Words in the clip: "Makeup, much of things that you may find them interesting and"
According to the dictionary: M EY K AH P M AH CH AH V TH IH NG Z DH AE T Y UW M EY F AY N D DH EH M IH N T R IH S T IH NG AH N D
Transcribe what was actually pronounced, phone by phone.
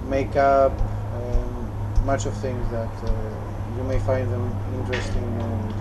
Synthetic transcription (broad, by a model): M EY K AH P M AH CH AH V TH IH NG Z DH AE T Y UW M EY F AY N D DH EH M IH N T R IH S T IH NG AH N